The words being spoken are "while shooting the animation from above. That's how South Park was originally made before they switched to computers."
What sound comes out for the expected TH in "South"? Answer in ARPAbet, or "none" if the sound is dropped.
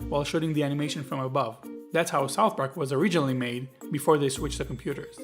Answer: TH